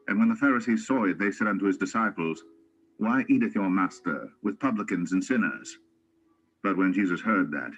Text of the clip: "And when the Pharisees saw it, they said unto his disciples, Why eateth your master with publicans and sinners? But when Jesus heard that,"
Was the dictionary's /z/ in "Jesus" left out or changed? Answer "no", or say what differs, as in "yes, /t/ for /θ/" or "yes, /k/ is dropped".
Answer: no